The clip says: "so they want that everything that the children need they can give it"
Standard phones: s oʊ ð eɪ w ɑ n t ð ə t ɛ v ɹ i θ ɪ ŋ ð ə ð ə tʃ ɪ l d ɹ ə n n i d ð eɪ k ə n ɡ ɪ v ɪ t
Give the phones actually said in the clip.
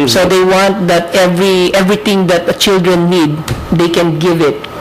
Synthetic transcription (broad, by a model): s oʊ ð eɪ w ɑ n t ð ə t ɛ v ɹ i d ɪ ŋ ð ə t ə tʃ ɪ l d ɹ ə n n i d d eɪ k ə n ɡ ɪ v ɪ t